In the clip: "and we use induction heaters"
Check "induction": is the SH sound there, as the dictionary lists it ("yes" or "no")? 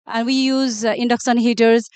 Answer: no